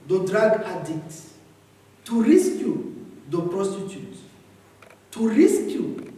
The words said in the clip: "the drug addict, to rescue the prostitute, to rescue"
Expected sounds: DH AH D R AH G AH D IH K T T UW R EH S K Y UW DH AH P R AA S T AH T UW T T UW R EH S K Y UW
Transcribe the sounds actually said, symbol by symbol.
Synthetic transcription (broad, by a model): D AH D R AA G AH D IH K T T UW R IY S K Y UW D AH P R AA S T AH T UW T T UW R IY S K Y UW